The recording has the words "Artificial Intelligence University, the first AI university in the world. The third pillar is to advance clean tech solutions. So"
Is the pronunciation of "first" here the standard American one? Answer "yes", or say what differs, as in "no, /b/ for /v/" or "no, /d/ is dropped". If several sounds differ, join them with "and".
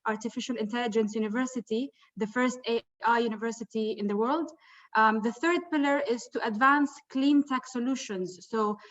yes